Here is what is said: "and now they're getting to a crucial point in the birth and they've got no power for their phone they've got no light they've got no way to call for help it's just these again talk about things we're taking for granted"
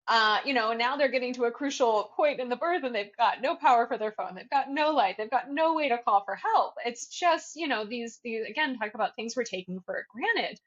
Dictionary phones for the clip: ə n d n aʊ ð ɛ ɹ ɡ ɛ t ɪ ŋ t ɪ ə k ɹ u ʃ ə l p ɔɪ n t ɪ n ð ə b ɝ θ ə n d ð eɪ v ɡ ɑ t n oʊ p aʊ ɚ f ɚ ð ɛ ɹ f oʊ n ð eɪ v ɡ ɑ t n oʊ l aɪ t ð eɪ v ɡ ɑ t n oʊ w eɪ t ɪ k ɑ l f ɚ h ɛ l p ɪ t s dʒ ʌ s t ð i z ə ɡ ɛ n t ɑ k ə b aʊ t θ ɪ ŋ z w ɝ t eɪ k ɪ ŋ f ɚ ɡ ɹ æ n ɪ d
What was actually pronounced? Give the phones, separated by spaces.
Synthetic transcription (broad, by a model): ə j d n aʊ ð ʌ ɹ ɡ ɛ t ɪ ŋ t ɪ ə k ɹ u ʃ l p ɔɪ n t ɪ n ð ə b ɝ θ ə n ð eɪ v ɡ ɑ t n oʊ p aʊ ɚ f ɚ ð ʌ ɹ f oʊ n ð eɪ v ɡ ɑ t n oʊ l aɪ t ð eɪ v ɡ ɑ t n oʊ w eɪ t ɪ k ɑ l f ɚ h ɛ l p ɪ t s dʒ ʌ s t ð i z ə ɡ ɛ n t ɑ k ə b aʊ t θ ɪ ŋ z w ɝ t eɪ k ɪ ŋ f ɚ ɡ ɹ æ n ɪ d